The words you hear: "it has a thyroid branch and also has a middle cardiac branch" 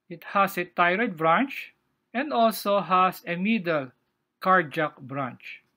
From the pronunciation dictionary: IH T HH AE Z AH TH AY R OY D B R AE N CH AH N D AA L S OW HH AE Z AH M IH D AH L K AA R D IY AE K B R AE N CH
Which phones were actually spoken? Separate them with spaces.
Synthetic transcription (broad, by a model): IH T HH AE S AH T AY R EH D B R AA N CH AH N D AA L S OW HH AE S AH M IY D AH L K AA R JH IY K B R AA N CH